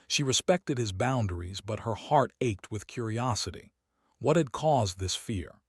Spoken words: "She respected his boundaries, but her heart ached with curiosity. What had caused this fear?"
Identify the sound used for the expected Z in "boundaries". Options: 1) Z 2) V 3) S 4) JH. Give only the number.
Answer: 1